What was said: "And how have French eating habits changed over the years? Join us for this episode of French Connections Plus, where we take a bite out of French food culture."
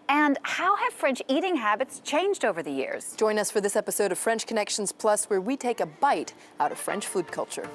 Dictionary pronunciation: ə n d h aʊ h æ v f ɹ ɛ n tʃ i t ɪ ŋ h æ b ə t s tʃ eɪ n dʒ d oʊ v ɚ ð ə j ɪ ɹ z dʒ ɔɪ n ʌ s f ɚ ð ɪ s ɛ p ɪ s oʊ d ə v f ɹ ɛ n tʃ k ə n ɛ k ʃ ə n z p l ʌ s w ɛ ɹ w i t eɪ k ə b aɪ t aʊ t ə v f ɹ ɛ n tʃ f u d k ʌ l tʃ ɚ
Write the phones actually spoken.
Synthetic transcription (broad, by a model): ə n h aʊ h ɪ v f ɹ ɛ n tʃ i t ɪ ŋ h æ b ə t s tʃ eɪ n dʒ d oʊ v ɚ ð ə j ɪ ɹ z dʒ ɔɪ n ʌ s f ɚ ð ɪ s ɛ p ɪ s oʊ d ə v f ɹ ɛ n tʃ k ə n ɛ k ʃ n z p l ʌ s w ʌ ɹ w i t eɪ k ə b aɪ t aʊ t ə v f ɹ ɛ n tʃ f u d k ʌ l tʃ ɚ